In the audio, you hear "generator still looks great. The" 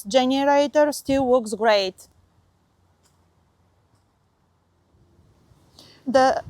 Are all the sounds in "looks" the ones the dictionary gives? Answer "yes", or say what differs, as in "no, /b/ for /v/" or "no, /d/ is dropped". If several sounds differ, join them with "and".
no, /w/ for /l/